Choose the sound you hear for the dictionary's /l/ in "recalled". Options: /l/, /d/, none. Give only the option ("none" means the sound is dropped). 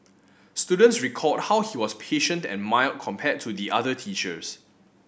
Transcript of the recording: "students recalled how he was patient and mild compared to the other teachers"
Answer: none